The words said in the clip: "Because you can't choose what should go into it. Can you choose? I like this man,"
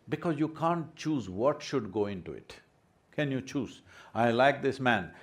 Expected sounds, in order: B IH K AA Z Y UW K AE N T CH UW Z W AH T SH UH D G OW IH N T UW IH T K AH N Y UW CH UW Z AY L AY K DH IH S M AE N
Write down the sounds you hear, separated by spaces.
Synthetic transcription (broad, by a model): B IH K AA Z Y UW K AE N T CH UW Z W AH T SH UH D G OW IH N T UW IH T K AH N Y UW CH UW Z AY L AY K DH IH S M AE N